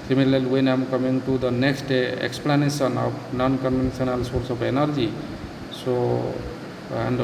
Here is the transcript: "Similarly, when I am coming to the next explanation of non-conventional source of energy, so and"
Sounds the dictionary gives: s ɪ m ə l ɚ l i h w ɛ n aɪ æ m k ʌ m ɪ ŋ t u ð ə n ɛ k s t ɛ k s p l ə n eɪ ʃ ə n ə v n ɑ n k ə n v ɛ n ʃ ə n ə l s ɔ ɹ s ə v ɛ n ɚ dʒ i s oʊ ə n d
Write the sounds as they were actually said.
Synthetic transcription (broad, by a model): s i m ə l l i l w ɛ n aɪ m k ʌ m ɪ ŋ t u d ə n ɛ k s t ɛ k s p l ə n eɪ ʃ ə n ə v n ɑ n k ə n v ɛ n s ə n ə l s ɔ ɹ s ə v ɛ n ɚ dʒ i s oʊ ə n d